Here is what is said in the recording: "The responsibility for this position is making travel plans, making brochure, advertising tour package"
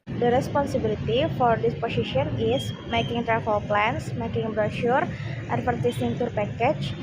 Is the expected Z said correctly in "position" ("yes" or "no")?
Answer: no